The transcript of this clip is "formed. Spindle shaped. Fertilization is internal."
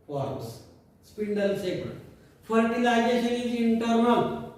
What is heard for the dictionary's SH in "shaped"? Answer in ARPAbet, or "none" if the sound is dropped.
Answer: S